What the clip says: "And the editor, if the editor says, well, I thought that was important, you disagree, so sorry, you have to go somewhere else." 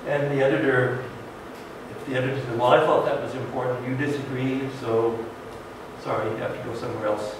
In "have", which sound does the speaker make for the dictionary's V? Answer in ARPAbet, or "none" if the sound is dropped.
F